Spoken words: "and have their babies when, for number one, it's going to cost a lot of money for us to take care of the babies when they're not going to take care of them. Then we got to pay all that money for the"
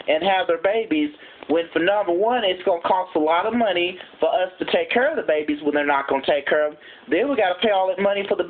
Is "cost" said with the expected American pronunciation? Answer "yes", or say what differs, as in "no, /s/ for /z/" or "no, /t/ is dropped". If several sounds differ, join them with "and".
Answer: yes